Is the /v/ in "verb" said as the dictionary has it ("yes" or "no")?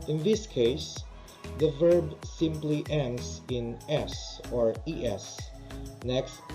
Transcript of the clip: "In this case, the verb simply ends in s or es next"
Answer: yes